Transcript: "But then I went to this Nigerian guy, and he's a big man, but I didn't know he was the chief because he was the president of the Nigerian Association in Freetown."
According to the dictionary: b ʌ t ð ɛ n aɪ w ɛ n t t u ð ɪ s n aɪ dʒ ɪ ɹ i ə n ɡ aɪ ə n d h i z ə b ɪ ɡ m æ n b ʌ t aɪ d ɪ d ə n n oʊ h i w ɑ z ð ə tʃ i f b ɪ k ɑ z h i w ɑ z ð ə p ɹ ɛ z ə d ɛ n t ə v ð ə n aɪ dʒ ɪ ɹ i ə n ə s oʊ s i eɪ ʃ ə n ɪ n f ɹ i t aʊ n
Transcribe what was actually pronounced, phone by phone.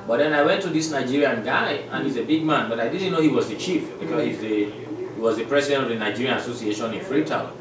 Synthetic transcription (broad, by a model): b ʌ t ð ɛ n aɪ w ɛ n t t u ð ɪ s n aɪ dʒ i ɹ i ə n ɡ aɪ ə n h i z ə b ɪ ɡ m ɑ n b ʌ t aɪ d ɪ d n n oʊ h i w ɑ z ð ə tʃ i f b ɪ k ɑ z h i w ɑ z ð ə p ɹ ɛ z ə d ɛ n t ə v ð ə n aɪ dʒ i ɹ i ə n ə s oʊ s i eɪ ʃ ə n ɪ n f ɹ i t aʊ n